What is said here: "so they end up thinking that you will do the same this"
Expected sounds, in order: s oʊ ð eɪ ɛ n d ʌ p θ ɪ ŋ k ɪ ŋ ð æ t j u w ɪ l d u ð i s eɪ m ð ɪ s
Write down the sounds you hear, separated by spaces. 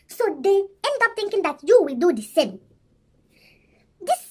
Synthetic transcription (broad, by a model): s oʊ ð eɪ ɛ n d ʌ p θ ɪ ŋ k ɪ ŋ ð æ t j u w ɪ l d u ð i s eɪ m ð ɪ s